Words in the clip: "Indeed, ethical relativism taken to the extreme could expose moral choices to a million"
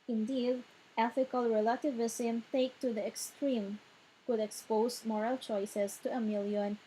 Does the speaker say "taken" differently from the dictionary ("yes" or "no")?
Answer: yes